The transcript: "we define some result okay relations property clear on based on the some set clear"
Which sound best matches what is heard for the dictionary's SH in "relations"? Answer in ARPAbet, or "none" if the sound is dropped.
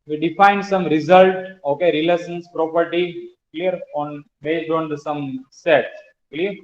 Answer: S